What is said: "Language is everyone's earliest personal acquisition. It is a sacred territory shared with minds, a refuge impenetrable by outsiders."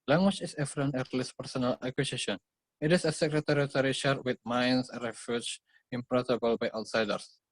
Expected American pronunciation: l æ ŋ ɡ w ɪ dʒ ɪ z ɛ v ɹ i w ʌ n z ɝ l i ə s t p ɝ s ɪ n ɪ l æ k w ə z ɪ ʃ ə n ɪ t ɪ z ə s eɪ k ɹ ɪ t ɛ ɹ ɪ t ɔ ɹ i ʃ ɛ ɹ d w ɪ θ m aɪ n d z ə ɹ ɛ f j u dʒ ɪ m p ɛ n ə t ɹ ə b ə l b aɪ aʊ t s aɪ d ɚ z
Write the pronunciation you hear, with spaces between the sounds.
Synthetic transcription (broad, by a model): l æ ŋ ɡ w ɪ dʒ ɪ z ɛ f ɹ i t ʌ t l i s p ɝ s ɪ n ɪ l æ k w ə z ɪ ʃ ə n ɪ t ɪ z ə s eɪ k ɹ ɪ t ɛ ɹ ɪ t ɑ ɹ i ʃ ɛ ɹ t w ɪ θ m aɪ n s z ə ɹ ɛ f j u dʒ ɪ m p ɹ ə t ə b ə l b aɪ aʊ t s aɪ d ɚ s